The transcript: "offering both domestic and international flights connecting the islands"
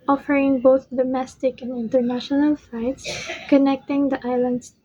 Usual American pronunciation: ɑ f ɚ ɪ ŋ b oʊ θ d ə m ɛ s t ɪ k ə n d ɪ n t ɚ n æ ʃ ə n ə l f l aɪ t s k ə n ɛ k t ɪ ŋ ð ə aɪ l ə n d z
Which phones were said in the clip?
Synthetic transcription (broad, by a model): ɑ f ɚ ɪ ŋ b oʊ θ d ə m ɛ s t ɪ k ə n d ɪ n t ɚ n æ ʃ ə n ə l f aɪ t s k ə n ɛ k t ɪ ŋ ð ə aɪ l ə n d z